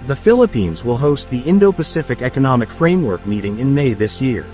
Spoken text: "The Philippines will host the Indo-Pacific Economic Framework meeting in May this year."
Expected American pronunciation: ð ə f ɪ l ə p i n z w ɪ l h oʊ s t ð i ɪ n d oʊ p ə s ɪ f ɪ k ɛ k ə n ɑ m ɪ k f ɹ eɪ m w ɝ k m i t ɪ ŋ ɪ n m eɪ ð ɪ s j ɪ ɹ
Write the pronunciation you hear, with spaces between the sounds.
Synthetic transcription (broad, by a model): ð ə f ɪ l ə p i n z w ɪ l h oʊ s t ð i ɪ n d oʊ p ə s ɪ f ɪ k ɛ k ə n ɑ m ɪ k f ɹ eɪ m w ɝ k m i t ɪ ŋ ɪ n m eɪ ð ɪ s j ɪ ɹ